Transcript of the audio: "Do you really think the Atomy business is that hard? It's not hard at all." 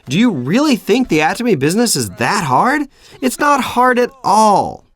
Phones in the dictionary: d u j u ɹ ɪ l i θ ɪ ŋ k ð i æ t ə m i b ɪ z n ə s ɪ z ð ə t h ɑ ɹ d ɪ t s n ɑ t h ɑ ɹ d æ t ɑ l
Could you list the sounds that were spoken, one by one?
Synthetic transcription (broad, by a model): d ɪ j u ɹ ɪ l i θ ɪ ŋ k ð i æ t ə m i b ɪ z n ə s ɪ z ð ə t h ɑ ɹ d ɪ t s n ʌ t h ɑ ɹ d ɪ t ɑ l